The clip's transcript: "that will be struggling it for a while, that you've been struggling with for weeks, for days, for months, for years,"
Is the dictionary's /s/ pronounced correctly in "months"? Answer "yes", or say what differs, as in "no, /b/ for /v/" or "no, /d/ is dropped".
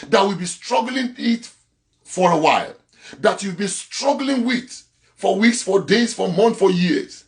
no, /s/ is dropped